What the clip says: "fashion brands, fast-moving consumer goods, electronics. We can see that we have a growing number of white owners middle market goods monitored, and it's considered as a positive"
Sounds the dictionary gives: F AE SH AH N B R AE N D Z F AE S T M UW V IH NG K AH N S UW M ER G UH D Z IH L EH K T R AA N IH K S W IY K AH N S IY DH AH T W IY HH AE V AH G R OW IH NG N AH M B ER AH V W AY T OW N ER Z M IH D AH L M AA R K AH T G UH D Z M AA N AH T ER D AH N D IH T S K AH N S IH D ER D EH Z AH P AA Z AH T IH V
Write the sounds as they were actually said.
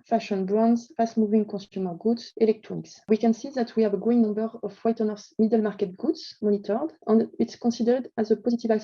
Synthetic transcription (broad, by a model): F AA SH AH N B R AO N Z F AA S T M UW V IH NG K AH S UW M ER G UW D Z IH L EH K T R AA N IH K S W IY K AH N S IY DH AH T W IY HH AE V AH G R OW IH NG N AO M B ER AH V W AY T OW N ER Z M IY D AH L M AA R K AH T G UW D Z M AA N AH T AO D AH N D IH T S K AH S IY D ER D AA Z AH P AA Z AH T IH V